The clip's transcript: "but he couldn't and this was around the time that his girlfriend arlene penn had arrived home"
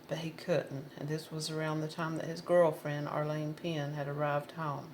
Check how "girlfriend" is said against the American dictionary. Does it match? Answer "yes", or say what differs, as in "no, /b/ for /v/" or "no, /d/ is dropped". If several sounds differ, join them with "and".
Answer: yes